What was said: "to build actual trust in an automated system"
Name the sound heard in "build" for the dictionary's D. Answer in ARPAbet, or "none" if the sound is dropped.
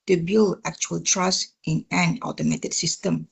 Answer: none